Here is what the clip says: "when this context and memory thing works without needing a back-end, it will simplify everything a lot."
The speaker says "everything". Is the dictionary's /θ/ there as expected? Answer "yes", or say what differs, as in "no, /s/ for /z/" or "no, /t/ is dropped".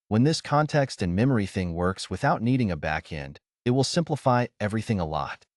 yes